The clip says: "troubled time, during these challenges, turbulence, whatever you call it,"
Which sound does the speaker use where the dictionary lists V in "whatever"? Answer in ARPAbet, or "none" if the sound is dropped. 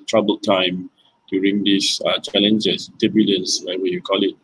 W